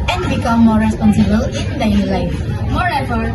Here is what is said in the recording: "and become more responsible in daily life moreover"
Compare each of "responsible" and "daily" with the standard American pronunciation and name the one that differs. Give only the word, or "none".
daily